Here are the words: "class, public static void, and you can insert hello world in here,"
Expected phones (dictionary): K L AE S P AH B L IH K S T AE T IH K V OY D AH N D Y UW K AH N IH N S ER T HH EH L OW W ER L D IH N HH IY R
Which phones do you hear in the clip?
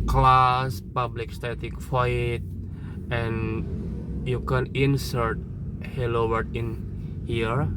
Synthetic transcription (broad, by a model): K L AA S P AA B L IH K S T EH T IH K F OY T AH N Y UW K AH N IH N S ER T HH EH L OW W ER D IH N HH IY R